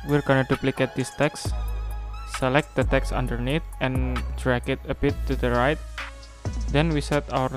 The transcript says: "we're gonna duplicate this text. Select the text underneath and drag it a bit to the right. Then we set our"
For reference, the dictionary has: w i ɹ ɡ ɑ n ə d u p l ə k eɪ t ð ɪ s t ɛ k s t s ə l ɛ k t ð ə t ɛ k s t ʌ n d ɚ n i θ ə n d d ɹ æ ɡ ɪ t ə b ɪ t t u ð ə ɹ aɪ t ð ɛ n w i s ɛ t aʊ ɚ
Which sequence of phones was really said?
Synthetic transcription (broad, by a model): w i ɹ ɡ ɑ n ə d u p l ə k eɪ t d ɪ s t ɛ k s s ə l ɛ k t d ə t ɛ k s ʌ n d ɚ n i t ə n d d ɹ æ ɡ ɪ t ə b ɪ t t u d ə ɹ aɪ t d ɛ n w i s ɛ t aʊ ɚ